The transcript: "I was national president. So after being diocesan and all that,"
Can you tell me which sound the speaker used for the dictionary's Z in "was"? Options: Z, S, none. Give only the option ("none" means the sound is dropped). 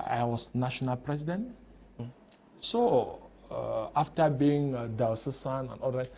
S